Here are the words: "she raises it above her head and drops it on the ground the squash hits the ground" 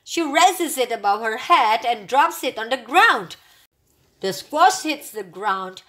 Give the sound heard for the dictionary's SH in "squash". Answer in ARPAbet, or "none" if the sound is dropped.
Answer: S